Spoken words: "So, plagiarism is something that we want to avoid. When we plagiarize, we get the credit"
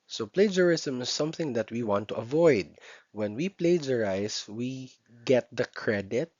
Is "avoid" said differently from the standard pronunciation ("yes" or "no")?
no